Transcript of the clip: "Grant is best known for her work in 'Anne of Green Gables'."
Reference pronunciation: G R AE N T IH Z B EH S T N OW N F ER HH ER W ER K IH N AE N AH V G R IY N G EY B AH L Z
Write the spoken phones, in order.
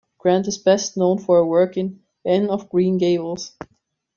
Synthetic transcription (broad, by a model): G R AE N T IH Z B EH S T N OW N F ER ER W ER K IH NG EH N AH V G R IY N G EY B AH L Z